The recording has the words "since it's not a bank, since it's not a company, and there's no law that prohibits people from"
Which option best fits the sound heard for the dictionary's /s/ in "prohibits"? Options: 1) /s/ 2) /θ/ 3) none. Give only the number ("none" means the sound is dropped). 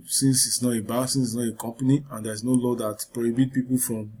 3